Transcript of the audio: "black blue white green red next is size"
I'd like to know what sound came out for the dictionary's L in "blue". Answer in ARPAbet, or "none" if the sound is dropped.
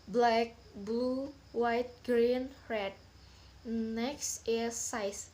none